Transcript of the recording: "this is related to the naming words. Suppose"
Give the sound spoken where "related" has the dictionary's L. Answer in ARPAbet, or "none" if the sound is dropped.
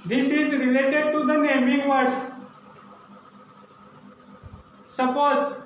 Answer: L